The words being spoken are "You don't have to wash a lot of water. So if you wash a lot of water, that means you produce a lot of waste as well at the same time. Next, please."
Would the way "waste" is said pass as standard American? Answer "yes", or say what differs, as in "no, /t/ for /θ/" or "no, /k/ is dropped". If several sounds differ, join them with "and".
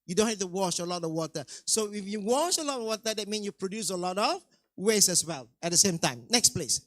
no, /t/ is dropped